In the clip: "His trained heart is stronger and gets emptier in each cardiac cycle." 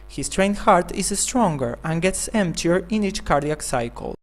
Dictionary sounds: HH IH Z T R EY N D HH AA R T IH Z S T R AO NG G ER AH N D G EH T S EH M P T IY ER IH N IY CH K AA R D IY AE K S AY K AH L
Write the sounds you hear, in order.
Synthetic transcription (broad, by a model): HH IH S T R EY N D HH AA R T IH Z S T R AO NG G ER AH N G EH T S EH M P T IY ER IH N IY CH K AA R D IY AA K S AY K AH L